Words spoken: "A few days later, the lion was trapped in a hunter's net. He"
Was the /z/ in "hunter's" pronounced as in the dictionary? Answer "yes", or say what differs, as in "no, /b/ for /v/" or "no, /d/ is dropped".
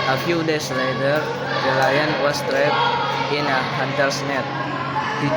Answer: no, /s/ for /z/